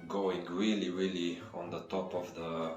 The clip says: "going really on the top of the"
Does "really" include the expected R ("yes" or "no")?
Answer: yes